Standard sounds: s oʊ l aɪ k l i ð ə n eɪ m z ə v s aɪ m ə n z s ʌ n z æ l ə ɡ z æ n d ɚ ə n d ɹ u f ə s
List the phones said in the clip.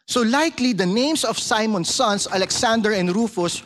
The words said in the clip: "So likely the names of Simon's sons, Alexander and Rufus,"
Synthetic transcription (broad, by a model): s oʊ l aɪ k l i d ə n eɪ m s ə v s aɪ m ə n s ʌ n s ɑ l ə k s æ n d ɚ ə n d ɹ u f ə s